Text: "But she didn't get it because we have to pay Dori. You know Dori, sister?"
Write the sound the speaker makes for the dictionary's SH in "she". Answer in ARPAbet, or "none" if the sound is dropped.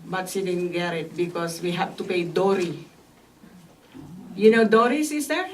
S